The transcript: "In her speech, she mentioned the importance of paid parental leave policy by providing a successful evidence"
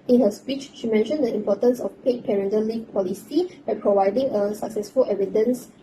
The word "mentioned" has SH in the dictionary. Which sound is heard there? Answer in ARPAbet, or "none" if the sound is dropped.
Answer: SH